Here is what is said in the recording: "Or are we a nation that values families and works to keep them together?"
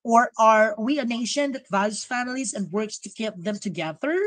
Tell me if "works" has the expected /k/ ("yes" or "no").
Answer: yes